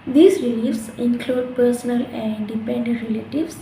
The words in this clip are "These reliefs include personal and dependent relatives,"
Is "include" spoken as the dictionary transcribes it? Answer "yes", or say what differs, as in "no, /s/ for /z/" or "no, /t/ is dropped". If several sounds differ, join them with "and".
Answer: yes